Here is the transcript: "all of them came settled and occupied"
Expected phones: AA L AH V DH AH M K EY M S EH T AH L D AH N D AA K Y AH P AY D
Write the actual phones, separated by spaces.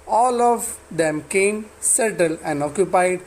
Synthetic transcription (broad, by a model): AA L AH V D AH M K EY M S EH T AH L AH N D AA K Y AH P AY D